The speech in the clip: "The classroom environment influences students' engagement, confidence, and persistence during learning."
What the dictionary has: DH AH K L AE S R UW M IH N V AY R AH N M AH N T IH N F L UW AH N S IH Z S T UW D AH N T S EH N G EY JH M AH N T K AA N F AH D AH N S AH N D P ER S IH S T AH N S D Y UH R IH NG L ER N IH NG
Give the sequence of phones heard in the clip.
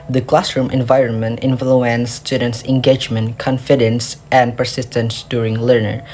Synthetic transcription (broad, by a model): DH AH K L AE S R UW M IH N V AY R AH N M AH N T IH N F L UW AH N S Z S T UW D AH N T S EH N G EY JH M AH N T K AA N F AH D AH N S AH N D P ER S IH S T AH N S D Y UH R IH NG L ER N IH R